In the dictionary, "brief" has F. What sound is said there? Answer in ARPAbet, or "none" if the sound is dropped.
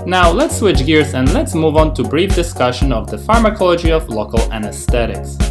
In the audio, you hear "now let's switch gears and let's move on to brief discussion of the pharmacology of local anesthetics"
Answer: F